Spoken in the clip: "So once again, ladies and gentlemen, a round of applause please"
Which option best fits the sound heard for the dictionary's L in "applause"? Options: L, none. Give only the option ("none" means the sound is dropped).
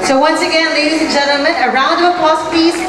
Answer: none